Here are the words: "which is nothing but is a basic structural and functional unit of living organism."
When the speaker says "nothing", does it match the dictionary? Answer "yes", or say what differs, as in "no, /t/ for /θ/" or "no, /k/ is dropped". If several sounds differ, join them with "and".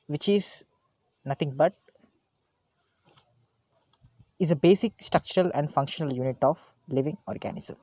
no, /t/ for /θ/